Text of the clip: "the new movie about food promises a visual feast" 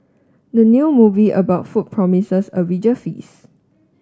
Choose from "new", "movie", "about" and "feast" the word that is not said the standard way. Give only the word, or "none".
feast